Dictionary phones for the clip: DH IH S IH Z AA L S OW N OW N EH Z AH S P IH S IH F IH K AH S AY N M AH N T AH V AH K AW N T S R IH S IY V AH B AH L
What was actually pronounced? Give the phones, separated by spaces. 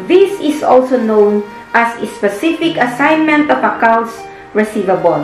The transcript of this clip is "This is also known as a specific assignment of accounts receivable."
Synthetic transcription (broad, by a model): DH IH S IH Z AA L S OW N OW N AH S AH S P IH S IH F IH K AH S AY N M AH N T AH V AH K AW N T S R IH S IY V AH B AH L